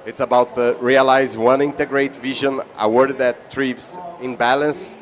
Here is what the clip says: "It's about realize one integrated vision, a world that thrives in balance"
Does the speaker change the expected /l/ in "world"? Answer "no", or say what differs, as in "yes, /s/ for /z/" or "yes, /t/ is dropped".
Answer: yes, /l/ is dropped